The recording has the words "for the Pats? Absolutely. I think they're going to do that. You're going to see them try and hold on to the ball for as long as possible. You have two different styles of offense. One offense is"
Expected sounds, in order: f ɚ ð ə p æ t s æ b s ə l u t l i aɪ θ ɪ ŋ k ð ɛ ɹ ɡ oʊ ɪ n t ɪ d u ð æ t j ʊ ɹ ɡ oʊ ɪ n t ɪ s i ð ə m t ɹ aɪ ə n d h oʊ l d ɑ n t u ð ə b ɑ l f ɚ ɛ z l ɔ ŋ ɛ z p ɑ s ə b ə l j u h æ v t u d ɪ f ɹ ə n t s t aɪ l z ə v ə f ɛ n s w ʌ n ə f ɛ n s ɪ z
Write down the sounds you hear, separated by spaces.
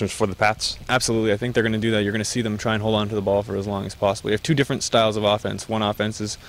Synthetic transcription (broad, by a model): f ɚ ð ə p æ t s æ b s ə l u t l i aɪ θ ɪ ŋ k ð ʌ ɹ ɡ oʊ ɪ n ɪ d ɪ ð æ t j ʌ ɹ ɡ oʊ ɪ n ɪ s i ð ə m t ɹ aɪ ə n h oʊ l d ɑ n t u ð ə b ɑ l f ɚ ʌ z l ɔ ŋ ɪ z p ɑ s ə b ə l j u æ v t u d ɪ f ɹ ə n t s t aɪ l z ə v ə f ɛ n s w ʌ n ə f ɛ n s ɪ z